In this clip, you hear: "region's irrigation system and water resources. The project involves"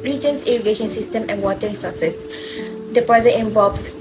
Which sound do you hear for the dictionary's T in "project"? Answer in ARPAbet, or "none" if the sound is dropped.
none